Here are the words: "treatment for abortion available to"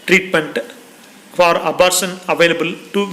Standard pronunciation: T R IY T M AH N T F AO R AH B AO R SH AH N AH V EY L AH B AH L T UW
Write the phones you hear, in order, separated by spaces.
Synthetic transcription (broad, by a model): T R IY T M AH N T F AO R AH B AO R S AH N AH V EY L AH B AH L T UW